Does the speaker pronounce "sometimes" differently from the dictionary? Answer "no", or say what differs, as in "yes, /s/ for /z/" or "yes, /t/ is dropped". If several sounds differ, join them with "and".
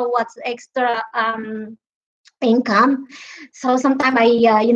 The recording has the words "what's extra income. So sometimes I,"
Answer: yes, /z/ is dropped